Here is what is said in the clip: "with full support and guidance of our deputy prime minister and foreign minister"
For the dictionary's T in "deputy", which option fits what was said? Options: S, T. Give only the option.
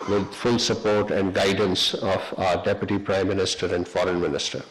T